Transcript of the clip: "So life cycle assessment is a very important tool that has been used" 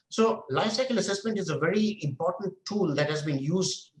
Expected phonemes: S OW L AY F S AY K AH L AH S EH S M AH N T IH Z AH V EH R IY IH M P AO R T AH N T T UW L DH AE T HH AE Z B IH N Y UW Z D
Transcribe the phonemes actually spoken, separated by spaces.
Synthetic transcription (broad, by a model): S OW L AY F S AY K AH L AH S EH S M AH N T IH Z AH V EH R IY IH M P AO R T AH N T T UW L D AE T HH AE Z B IH N Y UW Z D